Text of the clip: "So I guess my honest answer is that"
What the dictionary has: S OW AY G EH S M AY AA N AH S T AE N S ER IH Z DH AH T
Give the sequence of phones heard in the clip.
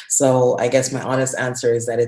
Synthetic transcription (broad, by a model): S OW AY G EH S M AY AA N AH S T AE N S ER IH Z DH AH T